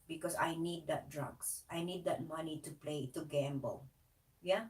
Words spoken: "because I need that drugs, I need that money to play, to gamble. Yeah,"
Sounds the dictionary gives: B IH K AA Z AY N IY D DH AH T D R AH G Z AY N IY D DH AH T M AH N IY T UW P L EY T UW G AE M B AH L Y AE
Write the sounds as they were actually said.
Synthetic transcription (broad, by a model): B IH K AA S AY N IY D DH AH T D R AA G S AY N IY D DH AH T M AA N IY T UW P L EY T UW G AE M B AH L Y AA